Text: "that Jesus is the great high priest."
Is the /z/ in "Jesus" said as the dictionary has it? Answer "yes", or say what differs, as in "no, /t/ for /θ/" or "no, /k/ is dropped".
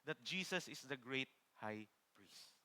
no, /s/ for /z/